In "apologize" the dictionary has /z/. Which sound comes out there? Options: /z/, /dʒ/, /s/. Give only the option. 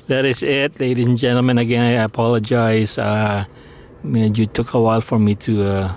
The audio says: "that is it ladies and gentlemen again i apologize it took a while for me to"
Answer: /s/